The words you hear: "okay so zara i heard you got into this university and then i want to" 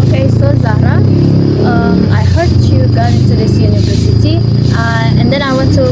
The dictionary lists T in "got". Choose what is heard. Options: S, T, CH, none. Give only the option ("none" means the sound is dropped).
none